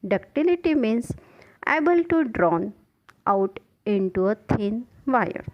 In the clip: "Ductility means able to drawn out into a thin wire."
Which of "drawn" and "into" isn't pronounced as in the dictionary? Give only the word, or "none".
none